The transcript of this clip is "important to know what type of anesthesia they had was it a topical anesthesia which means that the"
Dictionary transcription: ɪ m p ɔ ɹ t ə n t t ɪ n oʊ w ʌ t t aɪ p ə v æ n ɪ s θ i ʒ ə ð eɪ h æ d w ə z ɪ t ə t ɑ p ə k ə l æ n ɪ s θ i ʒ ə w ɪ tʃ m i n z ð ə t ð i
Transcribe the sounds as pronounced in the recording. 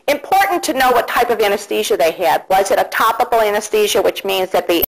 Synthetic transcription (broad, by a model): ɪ m p ɔ ɹ t n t t ɪ n oʊ w ʌ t t aɪ p ə v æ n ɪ s t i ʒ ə ð eɪ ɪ d w ə z ɪ t ə t ɑ p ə k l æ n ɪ s t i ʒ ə w ɪ tʃ m i n z ð ə t ð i